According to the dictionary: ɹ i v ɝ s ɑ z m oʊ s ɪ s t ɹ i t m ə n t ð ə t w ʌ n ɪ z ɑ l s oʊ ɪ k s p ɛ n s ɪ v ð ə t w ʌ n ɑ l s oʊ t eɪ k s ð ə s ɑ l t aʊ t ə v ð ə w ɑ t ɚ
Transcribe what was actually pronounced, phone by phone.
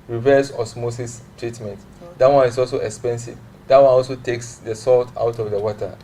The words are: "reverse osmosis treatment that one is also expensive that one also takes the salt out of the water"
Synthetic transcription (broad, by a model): ɹ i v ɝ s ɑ s m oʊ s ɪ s t ɹ i t m ə n t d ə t w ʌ n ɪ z ɑ l s oʊ ɪ k s p ɛ n s ɪ v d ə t w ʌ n ɑ l s oʊ t eɪ k s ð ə s ɑ l t aʊ t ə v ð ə w ɑ t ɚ